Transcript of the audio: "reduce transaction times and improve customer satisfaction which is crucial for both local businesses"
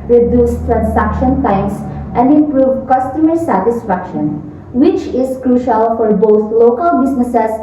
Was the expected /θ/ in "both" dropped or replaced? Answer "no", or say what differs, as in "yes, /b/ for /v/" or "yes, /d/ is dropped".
yes, /t/ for /θ/